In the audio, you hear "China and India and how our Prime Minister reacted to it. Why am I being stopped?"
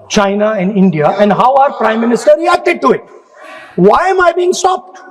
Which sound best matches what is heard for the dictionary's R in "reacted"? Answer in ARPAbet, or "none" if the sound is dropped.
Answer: L